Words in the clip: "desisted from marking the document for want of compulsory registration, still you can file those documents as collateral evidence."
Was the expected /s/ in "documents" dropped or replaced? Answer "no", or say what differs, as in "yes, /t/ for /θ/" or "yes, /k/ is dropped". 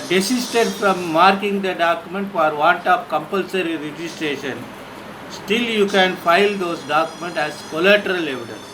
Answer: yes, /s/ is dropped